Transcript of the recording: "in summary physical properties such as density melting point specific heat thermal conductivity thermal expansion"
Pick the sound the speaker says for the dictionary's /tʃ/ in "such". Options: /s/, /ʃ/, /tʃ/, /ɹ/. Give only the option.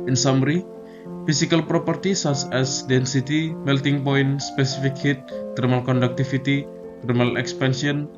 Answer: /s/